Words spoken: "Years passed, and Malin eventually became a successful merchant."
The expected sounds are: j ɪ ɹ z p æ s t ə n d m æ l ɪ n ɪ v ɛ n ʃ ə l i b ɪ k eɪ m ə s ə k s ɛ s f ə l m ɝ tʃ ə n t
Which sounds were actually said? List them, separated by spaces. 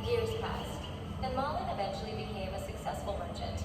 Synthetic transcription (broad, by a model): j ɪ ɹ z p æ s t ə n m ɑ l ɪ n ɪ v ɛ n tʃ l i b ɪ k eɪ m ə s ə k s ɛ s f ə l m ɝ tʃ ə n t